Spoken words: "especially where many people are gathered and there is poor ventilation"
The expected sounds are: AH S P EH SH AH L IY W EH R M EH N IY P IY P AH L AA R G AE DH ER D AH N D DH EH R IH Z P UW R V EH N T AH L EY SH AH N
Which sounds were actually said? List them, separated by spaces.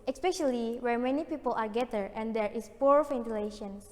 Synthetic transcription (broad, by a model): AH S P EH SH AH L IY W EH R M EH N IY P IY P AH L AA R G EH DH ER AH N D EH R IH S P UW R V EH N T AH L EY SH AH N